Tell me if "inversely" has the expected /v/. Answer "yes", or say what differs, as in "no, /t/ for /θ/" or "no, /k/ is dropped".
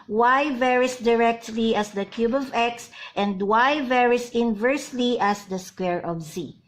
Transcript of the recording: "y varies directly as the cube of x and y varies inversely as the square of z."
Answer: yes